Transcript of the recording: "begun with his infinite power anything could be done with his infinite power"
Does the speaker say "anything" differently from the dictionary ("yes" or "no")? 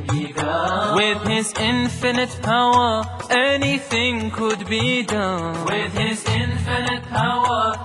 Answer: no